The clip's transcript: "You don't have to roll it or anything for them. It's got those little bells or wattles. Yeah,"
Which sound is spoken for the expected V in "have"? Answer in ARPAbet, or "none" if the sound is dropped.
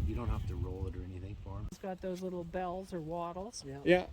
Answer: F